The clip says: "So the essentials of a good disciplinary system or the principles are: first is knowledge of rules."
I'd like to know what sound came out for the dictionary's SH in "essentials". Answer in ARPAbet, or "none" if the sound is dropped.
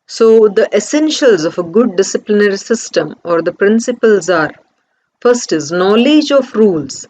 SH